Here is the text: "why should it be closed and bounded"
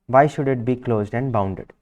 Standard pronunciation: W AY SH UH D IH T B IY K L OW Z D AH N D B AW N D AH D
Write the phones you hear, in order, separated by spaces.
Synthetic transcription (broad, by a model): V AY SH UH D IH T B IY K L OW Z D AH N D B AW N D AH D